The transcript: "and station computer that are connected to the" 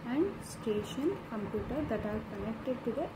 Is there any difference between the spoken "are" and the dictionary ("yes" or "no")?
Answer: yes